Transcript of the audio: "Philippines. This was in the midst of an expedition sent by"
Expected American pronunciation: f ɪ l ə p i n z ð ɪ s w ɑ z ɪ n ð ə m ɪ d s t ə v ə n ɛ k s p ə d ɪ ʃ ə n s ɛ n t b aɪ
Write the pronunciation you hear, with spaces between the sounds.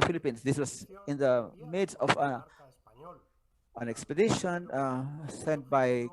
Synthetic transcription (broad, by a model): f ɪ l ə p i n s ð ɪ s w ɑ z ɪ n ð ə m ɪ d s ə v ə n ɛ k s p ə d ɪ ʃ ə n s ɛ n t b aɪ